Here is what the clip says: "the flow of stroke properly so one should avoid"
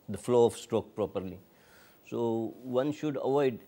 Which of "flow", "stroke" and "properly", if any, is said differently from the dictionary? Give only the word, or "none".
none